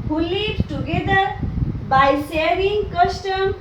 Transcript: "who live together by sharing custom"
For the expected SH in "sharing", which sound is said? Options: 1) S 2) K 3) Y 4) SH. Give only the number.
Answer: 1